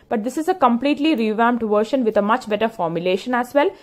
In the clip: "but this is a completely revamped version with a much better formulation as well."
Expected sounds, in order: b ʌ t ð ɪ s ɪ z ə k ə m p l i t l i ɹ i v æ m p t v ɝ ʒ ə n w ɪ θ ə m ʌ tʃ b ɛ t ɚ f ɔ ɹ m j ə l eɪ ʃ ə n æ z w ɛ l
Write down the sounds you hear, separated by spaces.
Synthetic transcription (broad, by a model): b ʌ t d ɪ s ɪ z ə k ə m p l i t l i ɹ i v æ m t v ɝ ʃ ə n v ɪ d ə m ʌ tʃ b ɛ t ɚ f ɔ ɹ m j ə l eɪ ʃ ə n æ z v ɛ l